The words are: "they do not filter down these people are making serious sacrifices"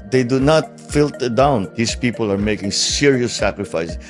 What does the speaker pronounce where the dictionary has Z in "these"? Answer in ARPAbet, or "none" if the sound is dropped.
S